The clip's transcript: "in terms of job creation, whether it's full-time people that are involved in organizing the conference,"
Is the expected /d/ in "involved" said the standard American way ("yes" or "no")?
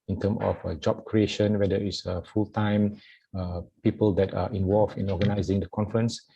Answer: no